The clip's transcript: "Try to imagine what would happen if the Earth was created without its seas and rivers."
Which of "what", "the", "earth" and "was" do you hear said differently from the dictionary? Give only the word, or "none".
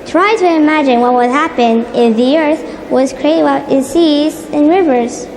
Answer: none